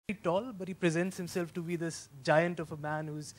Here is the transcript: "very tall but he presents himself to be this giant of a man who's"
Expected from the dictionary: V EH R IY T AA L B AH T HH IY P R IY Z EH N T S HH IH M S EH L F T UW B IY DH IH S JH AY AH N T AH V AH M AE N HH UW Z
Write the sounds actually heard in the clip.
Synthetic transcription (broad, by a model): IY T AA L B AH T HH IY P R IY Z EH N T S HH IH M S EH L F T UW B IY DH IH S JH AY AH N T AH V AH M AE N HH UW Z